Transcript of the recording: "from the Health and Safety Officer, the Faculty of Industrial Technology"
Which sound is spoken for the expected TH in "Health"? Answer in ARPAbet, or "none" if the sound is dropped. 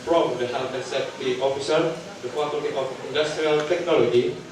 T